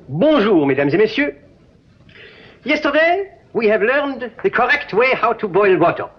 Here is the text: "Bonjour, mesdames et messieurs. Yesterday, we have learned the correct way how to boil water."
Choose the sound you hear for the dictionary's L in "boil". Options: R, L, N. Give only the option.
L